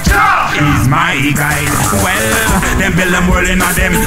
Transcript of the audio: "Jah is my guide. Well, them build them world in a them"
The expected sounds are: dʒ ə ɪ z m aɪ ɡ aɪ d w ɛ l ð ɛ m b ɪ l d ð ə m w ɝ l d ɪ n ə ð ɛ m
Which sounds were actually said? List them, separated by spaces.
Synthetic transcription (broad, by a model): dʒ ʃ ɪ z m aɪ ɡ aɪ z w ɛ l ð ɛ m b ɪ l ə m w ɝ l ɪ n ə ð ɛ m